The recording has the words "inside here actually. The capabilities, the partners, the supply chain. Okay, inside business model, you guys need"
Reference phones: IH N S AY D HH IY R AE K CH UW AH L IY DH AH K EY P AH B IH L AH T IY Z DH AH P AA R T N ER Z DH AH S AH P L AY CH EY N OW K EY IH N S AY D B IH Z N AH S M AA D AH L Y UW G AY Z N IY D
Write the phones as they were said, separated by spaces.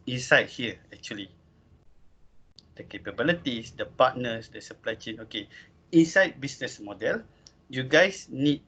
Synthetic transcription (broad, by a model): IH N S AY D HH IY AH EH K CH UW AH L IY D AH K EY P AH B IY L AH T IY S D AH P AA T N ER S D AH S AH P L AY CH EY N OW K EY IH N S AY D B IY S N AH S M AA D AH L Y UW G AY S N IY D